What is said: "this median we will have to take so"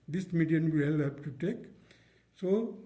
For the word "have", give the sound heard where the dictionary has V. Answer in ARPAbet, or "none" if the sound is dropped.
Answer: B